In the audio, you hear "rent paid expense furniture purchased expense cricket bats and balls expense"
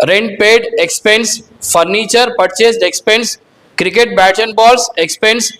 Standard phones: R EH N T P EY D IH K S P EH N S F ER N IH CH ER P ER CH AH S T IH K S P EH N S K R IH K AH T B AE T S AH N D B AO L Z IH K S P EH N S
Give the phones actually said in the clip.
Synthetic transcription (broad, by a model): R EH N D P EY D IH K S P EH N S F ER N IH CH ER P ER CH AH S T IH K S P EH N S K R IH K AH T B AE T AH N B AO L S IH K S P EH N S